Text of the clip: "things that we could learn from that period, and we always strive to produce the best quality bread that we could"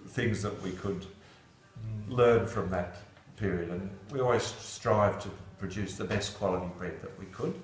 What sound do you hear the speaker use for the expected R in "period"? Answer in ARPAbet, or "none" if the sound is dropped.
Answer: R